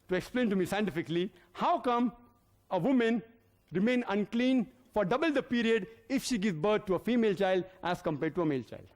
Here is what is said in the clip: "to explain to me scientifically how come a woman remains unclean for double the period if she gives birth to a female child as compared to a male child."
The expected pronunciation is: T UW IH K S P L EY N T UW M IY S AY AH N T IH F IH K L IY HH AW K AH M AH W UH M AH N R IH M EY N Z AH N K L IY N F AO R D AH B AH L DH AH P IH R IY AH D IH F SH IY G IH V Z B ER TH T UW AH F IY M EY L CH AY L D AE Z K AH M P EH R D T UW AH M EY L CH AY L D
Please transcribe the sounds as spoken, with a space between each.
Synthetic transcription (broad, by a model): T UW IH K S P L EY N T UW M IY S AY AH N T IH F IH K L IY HH AW K AH M AH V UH M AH N R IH M EY N AH N K L IY N F AO R D AH B AH L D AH P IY R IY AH D IH F SH IY G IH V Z B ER T T UW AH F IY M EY L CH AY L D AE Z K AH M P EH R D T UW AH M EY L CH AY L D